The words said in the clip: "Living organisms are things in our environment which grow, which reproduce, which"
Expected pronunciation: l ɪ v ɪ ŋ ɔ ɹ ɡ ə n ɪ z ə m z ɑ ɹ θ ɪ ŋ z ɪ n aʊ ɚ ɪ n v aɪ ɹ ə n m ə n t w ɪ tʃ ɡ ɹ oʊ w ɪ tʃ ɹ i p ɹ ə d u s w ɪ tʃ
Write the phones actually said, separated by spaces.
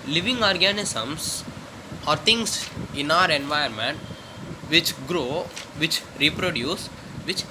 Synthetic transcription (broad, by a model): l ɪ v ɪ ŋ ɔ ɹ ɡ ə n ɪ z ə m s ɑ ɹ t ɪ ŋ s ɪ n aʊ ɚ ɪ n v aɪ ə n m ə n t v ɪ tʃ ɡ ɹ oʊ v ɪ tʃ ɹ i p ɹ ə d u s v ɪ tʃ